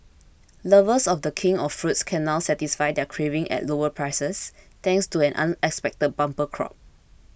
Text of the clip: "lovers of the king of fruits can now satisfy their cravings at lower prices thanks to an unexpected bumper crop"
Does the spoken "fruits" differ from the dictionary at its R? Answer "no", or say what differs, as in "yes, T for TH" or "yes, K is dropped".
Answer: no